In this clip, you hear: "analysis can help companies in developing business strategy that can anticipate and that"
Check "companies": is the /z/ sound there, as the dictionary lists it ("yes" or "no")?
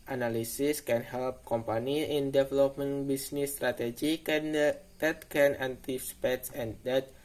no